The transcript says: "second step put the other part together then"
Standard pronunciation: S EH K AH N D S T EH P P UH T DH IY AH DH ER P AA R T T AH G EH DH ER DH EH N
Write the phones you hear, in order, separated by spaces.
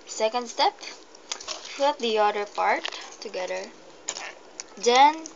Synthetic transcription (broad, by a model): S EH K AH N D S T EH P F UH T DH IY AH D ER P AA R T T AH G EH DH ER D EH N